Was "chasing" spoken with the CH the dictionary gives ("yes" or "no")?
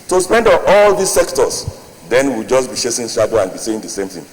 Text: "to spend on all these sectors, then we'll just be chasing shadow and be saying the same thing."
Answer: no